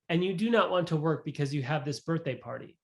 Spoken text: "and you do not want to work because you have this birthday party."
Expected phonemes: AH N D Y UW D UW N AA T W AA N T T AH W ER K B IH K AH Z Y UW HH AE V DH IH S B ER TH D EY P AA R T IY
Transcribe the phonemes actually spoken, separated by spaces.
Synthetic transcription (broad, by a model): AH N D Y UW D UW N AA T W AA N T T AH W ER K B IH K AH Z Y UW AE V DH IH S B ER TH D EY P AA R T IY